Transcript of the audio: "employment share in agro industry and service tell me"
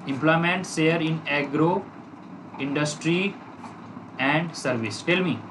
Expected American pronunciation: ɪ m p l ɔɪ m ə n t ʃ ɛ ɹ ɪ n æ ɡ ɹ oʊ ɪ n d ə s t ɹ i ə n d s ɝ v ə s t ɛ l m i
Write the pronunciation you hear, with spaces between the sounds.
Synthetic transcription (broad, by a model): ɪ m p l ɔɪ m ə n t s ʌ ɹ ɪ n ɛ ɡ ɹ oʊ ɪ n d ə s t ɹ i ə n d s ɝ v ə s t ɛ l m i